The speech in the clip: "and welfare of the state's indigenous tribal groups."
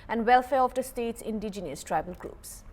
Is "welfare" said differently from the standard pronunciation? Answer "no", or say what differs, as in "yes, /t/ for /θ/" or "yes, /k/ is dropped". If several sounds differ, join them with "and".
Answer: no